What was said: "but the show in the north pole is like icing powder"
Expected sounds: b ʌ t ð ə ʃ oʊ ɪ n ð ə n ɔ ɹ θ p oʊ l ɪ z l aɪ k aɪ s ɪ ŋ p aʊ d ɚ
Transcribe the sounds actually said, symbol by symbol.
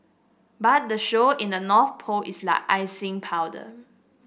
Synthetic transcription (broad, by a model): b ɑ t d ə ʃ oʊ ɪ n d ə n ɔ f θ p oʊ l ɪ s l aɪ k aɪ s ɪ ŋ p aʊ d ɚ